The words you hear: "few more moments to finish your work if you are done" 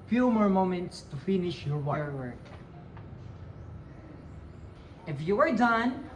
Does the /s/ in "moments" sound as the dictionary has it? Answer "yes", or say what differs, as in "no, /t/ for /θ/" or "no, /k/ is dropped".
yes